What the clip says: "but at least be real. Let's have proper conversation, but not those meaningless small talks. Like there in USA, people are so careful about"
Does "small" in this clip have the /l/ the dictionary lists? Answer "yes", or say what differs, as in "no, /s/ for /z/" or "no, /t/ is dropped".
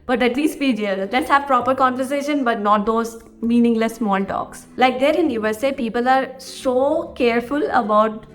no, /n/ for /l/